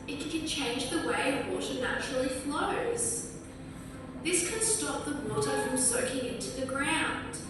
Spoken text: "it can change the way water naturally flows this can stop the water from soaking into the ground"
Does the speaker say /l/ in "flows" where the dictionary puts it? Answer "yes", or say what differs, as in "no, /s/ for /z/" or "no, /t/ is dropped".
yes